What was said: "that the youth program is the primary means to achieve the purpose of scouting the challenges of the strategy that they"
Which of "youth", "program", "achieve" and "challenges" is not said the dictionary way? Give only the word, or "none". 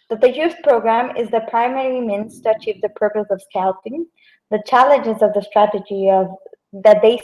youth